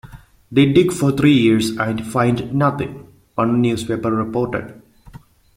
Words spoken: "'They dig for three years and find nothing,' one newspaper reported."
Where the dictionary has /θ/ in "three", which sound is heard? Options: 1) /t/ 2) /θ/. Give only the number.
1